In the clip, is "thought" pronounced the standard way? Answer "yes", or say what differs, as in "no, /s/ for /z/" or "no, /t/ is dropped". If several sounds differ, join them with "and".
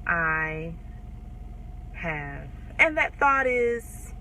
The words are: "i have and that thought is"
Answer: yes